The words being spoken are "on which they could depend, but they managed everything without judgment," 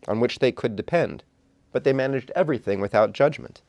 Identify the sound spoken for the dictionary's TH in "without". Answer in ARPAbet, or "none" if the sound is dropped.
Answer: TH